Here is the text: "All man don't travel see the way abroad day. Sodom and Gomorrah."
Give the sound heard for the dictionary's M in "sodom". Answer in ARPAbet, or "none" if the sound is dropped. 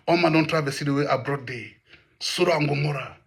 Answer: none